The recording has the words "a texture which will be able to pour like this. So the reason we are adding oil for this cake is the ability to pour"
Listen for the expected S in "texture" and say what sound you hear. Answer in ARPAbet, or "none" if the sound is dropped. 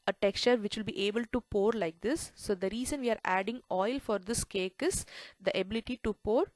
S